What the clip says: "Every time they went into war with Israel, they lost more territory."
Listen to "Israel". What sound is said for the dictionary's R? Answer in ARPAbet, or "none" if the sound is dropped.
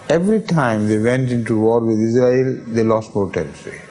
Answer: R